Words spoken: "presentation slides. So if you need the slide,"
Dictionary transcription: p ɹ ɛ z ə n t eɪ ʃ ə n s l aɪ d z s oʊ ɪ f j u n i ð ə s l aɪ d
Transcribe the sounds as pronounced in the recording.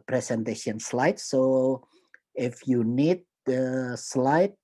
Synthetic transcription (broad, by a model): p ɹ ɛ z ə n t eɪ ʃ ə n s l aɪ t s oʊ ɪ f j u n i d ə s l aɪ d